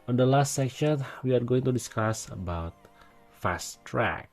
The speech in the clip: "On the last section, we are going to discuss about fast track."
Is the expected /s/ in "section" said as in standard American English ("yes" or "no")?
yes